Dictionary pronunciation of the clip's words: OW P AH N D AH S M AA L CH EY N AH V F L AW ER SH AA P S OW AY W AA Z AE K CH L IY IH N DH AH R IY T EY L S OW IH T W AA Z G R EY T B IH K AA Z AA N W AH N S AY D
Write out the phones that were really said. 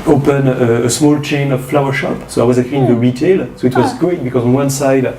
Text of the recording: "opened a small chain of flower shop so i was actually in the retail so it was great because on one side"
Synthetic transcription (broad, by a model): OW P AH N AH S M AA L CH EY N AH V F L AW ER SH AA P S OW AY W AA Z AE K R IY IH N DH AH R IY T EY L S OW IH T W AA Z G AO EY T B IH K AA Z AA N W AH N S AY D